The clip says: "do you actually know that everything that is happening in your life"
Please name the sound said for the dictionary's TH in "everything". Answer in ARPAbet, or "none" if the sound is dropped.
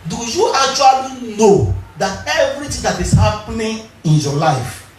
T